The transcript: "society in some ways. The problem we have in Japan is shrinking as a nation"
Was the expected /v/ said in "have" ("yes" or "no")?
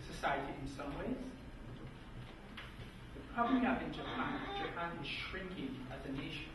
no